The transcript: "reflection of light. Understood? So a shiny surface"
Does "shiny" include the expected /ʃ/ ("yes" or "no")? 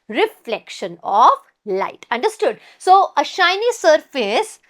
yes